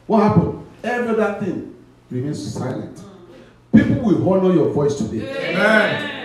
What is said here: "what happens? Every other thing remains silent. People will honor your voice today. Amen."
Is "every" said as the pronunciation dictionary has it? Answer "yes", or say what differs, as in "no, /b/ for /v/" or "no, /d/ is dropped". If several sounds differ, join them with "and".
yes